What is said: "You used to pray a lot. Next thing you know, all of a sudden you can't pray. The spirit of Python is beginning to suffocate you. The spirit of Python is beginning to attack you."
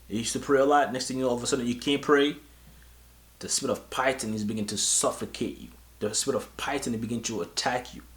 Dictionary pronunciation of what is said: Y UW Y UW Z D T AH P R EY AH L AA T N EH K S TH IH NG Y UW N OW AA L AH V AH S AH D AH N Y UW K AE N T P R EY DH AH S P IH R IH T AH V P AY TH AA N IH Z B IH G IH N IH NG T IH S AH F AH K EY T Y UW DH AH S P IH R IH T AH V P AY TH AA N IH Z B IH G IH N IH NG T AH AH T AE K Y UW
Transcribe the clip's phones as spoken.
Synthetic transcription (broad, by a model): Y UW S T AH P R EY AH L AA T N EH K S T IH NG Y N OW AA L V AH S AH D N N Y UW K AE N P R EY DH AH S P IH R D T AH V P AY T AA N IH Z B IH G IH N T IH S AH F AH K EY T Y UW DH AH S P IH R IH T AH V P AY T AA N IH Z B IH G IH N T AH AH T AE K Y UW